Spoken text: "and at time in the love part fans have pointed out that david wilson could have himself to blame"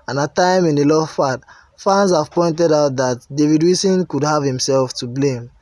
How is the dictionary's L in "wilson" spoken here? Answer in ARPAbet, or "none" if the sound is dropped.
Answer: none